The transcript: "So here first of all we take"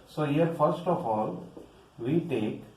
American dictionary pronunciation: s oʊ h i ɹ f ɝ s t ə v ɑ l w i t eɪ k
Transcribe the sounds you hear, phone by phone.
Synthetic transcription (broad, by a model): s oʊ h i ɹ f ɝ s t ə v ɑ l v i t eɪ k